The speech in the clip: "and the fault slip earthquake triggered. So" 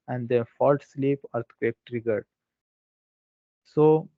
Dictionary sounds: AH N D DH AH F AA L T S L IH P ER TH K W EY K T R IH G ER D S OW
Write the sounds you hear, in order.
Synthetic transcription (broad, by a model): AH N D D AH F AA L T S L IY P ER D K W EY K T R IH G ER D S OW